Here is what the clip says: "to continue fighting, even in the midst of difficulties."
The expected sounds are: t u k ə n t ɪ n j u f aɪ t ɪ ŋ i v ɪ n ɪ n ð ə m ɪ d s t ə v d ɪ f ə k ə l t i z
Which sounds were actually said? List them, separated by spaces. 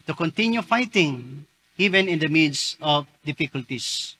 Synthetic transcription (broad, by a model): t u k ə n t ɪ n j u f aɪ t ɪ ŋ i v ɪ n ɪ n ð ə m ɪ d s ə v d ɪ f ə k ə l t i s